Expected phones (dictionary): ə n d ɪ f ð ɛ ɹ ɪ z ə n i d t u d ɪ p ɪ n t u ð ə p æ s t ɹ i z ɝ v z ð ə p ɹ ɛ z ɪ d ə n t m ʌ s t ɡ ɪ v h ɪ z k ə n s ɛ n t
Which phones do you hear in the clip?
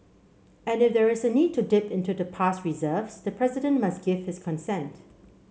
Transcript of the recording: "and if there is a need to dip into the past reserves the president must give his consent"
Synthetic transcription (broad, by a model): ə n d ɪ f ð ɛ ɹ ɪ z ə n i d t u d ɪ p ɪ n t u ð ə p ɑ s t ɹ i z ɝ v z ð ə p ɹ ɛ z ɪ d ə n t m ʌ s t ɡ ɪ v h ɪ s k ə n s ɛ n t